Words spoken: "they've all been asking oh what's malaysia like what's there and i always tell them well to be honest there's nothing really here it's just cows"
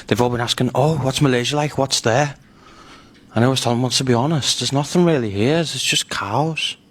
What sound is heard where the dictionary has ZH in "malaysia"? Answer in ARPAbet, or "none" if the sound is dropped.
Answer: ZH